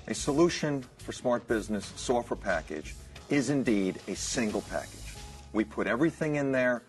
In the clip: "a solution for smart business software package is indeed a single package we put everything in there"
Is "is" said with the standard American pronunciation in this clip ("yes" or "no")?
yes